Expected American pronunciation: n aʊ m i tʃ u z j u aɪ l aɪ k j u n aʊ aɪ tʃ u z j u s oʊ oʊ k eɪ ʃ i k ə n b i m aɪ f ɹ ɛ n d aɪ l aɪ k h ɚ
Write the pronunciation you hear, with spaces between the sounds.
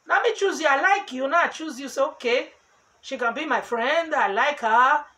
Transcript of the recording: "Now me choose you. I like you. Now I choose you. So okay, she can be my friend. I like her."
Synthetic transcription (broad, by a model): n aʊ m i tʃ u z j u aɪ l aɪ k j u n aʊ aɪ tʃ u z j u s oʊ oʊ k eɪ ʃ i k ə n b i m aɪ f ɹ ɛ n d aɪ l aɪ k h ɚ